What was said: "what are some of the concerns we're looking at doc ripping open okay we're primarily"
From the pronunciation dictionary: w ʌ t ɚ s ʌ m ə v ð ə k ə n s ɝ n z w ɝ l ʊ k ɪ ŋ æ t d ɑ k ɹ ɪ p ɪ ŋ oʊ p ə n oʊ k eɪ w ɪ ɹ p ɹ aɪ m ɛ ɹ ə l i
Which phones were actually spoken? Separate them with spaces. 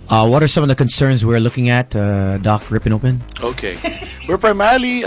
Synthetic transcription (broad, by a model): w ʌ t ɚ s ʌ m ə v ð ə k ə n s ɝ n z w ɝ l ʊ k ɪ ŋ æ t d ɑ k ɹ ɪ p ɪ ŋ oʊ p ə n oʊ k eɪ w ɪ ɹ p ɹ aɪ m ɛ ɹ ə l i